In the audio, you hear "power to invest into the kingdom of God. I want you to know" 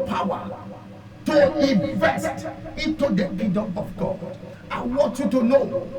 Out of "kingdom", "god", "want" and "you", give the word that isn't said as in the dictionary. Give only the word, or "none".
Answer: kingdom